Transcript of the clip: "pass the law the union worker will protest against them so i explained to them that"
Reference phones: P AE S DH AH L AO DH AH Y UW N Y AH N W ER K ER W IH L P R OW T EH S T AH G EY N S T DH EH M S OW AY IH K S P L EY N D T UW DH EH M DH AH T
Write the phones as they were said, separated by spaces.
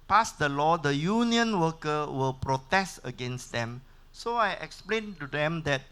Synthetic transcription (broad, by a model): P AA S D AH L AO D AH Y UW N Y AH N W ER K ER W IH L P R OW T EH S T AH G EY N S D EH M S OW AY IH K S P L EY N T UW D EH M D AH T